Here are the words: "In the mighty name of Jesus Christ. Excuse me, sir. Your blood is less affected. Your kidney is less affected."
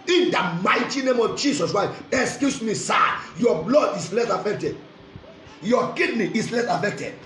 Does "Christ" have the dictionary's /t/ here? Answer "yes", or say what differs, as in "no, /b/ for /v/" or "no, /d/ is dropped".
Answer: no, /t/ is dropped